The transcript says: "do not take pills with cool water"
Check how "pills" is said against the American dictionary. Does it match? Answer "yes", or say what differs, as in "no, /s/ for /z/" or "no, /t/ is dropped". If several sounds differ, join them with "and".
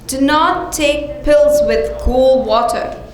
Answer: yes